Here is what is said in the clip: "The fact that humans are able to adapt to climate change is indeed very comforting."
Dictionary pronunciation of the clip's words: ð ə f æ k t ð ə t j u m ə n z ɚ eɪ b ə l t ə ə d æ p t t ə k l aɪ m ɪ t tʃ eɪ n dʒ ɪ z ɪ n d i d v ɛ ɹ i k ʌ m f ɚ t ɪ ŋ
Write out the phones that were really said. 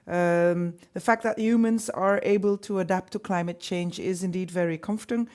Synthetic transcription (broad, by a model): ð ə f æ k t ð ə t j u m ə n z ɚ eɪ b ə l t ə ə d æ p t t ə k l aɪ m ɪ t tʃ eɪ n dʒ ɪ z ɪ n d i d v ɛ ɹ i k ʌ m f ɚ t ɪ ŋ